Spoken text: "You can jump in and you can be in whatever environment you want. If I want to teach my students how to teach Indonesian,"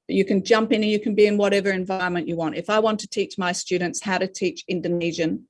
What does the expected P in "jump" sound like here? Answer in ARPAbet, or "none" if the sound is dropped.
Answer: P